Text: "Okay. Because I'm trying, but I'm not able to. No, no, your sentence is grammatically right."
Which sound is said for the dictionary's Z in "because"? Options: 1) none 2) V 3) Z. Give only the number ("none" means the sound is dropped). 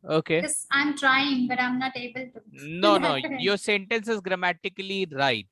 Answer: 1